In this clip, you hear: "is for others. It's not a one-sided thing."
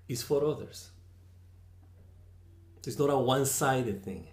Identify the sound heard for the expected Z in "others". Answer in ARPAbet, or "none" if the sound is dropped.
S